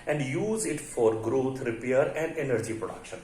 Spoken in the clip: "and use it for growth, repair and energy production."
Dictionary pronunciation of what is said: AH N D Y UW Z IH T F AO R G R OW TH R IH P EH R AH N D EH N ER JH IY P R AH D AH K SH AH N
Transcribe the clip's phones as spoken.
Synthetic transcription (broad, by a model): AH N D Y UW Z IH T F AO R G R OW T R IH P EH R AH N D EH N ER JH IY P R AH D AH K SH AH N